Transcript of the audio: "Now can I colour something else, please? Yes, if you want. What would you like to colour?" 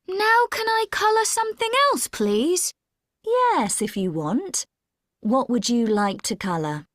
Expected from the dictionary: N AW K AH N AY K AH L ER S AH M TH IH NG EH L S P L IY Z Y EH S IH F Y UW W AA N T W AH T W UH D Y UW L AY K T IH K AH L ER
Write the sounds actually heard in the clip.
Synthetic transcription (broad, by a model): N AW K AH N AY K AH L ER S AH M TH IH NG EH L S P L IY Z Y EH S IH F Y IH W AA N T W AH T W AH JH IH L AY K T IH K AH L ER